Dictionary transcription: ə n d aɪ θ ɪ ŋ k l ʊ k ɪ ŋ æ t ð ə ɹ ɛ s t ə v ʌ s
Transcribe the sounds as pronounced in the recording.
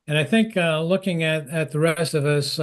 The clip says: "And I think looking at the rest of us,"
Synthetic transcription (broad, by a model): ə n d aɪ θ ɪ ŋ k l ʊ k ɪ ŋ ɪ t ð ə ɹ ɛ s t ə v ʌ s